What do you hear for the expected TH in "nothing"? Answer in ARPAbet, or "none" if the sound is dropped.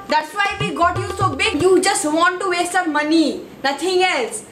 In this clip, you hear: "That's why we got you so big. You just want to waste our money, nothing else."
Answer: T